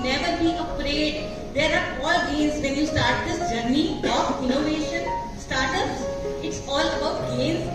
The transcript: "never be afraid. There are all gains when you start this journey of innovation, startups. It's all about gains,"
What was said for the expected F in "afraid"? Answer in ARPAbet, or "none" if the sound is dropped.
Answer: P